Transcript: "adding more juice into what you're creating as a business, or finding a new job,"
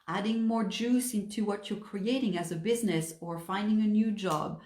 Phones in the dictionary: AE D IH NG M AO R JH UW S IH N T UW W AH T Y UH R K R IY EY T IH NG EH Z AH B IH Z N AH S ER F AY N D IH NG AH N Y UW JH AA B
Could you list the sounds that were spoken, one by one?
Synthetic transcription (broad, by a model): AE D IH NG M AO R JH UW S IH N T UW W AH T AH R K R IY EY T IH NG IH Z AH B IH Z N AH S ER F AY N D IH NG AH N Y UW JH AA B